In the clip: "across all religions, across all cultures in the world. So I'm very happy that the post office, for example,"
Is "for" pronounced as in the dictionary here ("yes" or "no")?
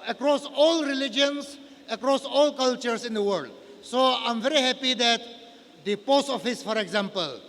yes